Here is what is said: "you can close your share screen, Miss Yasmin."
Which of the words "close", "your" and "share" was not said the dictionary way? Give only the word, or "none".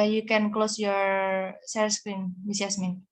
share